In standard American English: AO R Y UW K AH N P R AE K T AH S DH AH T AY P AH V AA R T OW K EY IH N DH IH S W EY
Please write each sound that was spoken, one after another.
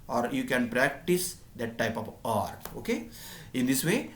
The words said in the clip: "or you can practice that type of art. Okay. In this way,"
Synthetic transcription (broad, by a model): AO R Y UW K AH N P R AE K T AH S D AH T AY P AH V AA R T OW K EY IH N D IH S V EY